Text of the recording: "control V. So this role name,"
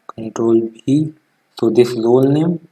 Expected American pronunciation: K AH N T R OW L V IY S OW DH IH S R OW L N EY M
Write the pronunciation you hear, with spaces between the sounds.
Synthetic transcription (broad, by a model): K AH N T R OW L B IY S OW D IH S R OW L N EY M